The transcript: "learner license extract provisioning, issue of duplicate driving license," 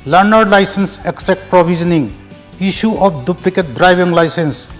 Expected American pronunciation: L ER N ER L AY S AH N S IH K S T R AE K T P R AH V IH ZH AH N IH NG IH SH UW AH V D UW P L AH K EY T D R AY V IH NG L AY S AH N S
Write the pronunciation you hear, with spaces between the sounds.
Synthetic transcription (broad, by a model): L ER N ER L AY S AH N S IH K S T R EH K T P R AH B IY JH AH N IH NG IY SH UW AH P D UW P L AH K EY T D R AY B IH NG L AY S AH N S